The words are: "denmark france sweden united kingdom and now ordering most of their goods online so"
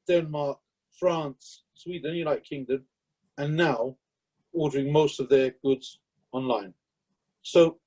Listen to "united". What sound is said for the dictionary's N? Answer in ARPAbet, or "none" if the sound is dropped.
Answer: L